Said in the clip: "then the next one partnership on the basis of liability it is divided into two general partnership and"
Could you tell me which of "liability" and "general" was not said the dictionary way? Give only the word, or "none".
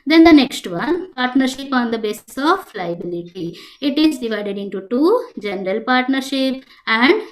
none